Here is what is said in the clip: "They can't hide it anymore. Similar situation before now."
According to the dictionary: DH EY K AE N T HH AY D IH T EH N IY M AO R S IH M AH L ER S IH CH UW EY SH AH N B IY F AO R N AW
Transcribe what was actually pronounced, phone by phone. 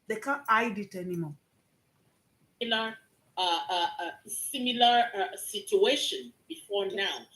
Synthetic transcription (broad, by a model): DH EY K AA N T AY D IH T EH N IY M AO L S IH M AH L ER S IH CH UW EY SH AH N B IY F AO R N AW